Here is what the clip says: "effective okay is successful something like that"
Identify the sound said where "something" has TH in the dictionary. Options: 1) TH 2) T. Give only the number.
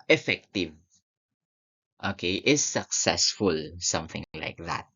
1